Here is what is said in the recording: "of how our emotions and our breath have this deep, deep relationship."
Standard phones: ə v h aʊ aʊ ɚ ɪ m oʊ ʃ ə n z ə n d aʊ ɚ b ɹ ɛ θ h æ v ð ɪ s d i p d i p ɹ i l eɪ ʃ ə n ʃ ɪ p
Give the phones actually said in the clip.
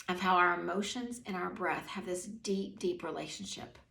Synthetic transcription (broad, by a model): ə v h aʊ aʊ ɚ ɪ m oʊ ʃ ə n z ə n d aʊ ɚ b ɹ ɛ θ h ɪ v ð ɪ s d i p d i p ɹ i l eɪ ʃ n ʃ ɪ p